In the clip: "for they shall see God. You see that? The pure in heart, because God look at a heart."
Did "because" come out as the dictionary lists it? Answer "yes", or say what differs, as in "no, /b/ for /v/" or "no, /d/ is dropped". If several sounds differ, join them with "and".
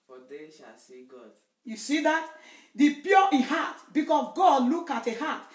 no, /s/ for /z/